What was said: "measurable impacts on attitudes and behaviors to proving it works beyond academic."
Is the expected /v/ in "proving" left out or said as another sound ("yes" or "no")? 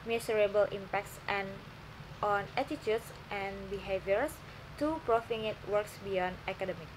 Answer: yes